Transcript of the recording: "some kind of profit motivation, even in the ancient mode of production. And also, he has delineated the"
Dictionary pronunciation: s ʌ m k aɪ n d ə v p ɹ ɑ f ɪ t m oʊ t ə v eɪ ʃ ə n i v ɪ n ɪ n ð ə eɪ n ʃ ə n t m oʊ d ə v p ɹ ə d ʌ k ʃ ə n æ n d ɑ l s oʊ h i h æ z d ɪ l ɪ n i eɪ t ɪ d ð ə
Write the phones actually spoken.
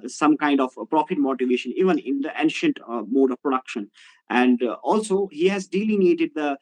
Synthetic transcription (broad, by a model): s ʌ m k aɪ n d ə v p ɹ ɑ f ɪ t m oʊ t ə v eɪ ʃ ə n i v ɪ n ɪ n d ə eɪ n ʃ ə n t m oʊ d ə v p ɹ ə d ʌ k ʃ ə n æ n d ɑ l s oʊ h i h æ z d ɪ l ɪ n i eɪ t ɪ d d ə